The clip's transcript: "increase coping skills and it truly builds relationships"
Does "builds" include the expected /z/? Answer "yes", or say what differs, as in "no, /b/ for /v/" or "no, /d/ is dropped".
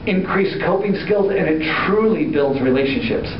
yes